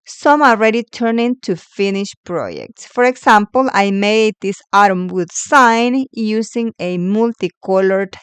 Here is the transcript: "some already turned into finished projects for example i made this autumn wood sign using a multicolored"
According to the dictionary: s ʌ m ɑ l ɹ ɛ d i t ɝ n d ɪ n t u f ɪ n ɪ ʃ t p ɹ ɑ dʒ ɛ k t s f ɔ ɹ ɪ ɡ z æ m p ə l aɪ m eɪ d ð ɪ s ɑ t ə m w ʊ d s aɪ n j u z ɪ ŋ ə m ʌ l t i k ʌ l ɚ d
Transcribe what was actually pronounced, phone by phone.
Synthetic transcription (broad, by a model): s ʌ m ɑ l ɹ ɛ d i t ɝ n ɪ n t u f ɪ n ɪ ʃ p ɹ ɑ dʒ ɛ k t s f ɔ ɹ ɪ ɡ s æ m p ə l aɪ m eɪ d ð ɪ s ɑ t ə m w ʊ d s aɪ n j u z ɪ ŋ ə m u l t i k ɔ l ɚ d